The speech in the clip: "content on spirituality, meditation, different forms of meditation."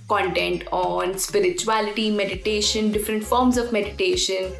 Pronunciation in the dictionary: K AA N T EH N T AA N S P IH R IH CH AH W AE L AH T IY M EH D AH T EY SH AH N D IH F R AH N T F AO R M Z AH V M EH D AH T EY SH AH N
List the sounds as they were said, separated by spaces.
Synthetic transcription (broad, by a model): K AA N T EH N T AA N S P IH R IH CH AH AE L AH T IY M EH D AH T EY SH AH N D IH F R AH N T F AO R M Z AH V M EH D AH T EY SH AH N